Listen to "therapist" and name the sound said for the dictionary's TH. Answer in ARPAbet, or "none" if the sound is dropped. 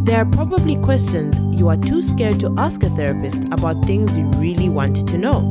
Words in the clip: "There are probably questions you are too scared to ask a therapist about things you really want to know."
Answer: TH